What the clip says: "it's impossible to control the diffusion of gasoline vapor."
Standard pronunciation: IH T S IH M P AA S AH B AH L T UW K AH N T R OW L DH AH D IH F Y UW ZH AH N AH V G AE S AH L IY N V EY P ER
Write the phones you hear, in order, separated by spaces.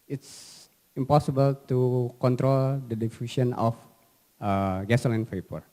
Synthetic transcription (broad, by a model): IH T S IH M P AA S AH B AH L T UW K AH N T R OW L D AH D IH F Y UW S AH N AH F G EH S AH L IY N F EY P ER